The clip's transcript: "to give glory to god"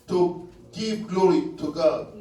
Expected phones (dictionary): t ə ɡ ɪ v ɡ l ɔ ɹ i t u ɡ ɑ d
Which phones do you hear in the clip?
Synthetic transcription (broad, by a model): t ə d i p ɡ l ɔ ɹ i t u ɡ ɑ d